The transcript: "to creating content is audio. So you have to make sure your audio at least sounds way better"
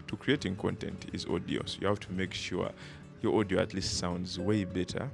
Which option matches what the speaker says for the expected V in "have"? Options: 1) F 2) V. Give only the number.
1